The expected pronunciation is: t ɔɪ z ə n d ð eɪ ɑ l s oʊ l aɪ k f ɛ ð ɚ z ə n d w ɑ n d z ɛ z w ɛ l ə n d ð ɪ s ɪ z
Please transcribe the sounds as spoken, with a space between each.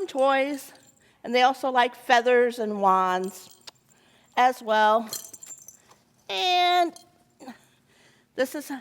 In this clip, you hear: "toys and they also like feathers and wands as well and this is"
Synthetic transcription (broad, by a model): t ɔɪ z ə n ð eɪ ɑ l s oʊ l aɪ k f ɛ ð ɚ z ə n w ɑ n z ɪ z w ɛ l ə n ð ɪ s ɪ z